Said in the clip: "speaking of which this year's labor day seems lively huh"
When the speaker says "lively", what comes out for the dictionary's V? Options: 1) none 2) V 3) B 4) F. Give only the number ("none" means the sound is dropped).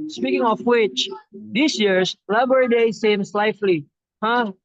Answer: 4